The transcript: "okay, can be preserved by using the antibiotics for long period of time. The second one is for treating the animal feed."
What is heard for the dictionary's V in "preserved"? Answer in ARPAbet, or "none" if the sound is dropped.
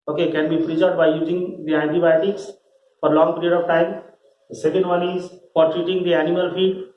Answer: none